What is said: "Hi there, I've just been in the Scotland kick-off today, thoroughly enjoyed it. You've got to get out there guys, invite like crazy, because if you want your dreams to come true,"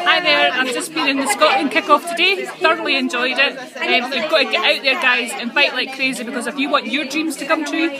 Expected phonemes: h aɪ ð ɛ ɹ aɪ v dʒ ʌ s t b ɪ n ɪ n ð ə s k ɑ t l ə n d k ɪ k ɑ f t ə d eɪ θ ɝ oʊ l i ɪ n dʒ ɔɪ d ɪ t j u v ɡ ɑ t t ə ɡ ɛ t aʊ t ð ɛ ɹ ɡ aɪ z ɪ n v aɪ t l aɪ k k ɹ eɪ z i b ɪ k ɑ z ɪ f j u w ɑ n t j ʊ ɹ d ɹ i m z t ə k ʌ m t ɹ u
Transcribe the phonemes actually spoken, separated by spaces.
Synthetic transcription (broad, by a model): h aɪ ð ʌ ɹ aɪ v dʒ ʌ s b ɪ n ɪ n ð ə s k ɑ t ə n k ɪ k ɑ f t ə d eɪ θ ɝ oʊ l i ɪ n dʒ ɔɪ d ɪ t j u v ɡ ɑ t t ə ɡ ɛ t aʊ t ð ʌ ɹ ɡ aɪ z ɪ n f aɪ t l aɪ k k ɹ eɪ z i b ɪ k ɑ z ɪ f j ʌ w ɑ n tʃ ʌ ɹ d ɹ i m z t ə k ʌ m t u